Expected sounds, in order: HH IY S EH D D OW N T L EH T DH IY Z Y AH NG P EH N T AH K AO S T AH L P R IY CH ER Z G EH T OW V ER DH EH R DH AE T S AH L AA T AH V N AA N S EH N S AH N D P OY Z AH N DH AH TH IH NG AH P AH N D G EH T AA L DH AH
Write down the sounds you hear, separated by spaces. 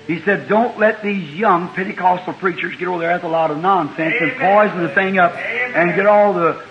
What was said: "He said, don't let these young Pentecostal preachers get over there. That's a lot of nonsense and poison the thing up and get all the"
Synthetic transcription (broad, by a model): HH IY S EH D D OW N T L EH T DH IY Z Y AH NG P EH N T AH K AO S T L P R IY CH ER Z G EH T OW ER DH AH R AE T AH L AA T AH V N AA N S EH N S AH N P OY Z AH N DH AH TH IH NG AH P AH N G EH T AA L DH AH